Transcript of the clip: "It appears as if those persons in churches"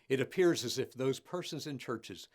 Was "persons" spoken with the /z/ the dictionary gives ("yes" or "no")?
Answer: yes